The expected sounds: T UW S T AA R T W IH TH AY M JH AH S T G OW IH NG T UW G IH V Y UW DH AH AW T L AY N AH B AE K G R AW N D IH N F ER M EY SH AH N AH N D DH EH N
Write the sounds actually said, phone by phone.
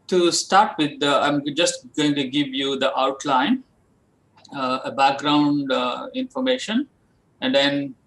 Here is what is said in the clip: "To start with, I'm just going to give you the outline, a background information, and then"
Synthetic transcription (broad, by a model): T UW S T AA R T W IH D AY M JH AH S T G OW IH NG T UW G IH V Y UW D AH AW T L AY N AH B AE K G R AW N D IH N F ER M EY SH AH N AH N D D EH N